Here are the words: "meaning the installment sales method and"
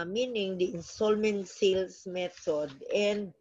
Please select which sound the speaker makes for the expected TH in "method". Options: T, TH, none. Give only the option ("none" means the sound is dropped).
T